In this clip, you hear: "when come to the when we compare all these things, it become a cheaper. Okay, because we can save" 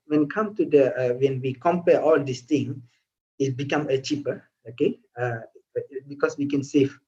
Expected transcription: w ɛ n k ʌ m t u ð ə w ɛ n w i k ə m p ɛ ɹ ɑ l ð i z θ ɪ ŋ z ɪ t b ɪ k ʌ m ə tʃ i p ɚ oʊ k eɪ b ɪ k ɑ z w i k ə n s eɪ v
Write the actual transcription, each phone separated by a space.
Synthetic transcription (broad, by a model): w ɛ n k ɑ m t u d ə w ɛ n w i k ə m p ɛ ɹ ɑ l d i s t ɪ ŋ ɪ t b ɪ k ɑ m ə tʃ i p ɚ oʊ k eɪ b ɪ k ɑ s w i k ə n s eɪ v